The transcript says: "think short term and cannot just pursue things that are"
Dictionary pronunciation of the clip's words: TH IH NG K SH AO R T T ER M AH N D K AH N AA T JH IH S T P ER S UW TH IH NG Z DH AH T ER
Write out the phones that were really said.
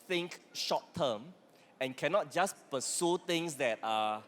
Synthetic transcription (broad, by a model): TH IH NG K SH AO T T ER M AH N K AH N AA T JH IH S P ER S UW T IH NG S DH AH T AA